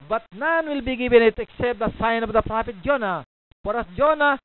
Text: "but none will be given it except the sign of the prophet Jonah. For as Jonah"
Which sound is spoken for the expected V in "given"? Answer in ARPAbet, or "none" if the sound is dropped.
B